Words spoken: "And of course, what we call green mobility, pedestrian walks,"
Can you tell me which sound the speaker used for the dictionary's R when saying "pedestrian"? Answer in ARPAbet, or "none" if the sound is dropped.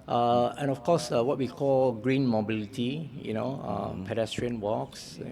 R